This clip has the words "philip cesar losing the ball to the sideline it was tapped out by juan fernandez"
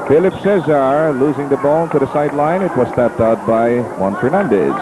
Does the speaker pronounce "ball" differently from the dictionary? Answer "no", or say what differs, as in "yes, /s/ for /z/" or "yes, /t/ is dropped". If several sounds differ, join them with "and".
yes, /n/ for /l/